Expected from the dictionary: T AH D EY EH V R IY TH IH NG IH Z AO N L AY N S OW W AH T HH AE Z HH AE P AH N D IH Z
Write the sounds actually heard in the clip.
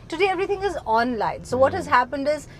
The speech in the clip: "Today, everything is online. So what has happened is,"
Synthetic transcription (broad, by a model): T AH D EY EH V R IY T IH NG IH Z AO N L AY N S OW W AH T HH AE Z HH AE P AH N D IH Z